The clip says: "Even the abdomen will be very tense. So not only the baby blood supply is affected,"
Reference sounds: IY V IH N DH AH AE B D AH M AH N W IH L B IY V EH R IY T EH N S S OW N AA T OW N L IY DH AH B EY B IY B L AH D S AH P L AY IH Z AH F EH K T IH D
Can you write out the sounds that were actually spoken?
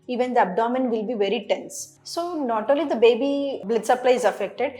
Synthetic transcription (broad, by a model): IY V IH N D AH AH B D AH M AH N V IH L B IY V EH R IY T EH N S S OW N AA T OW L IY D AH B EY B IY B L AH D S AH P L AY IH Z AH F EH K T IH D